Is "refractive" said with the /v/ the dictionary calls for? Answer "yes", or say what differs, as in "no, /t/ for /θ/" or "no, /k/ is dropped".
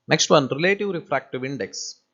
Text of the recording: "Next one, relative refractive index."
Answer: yes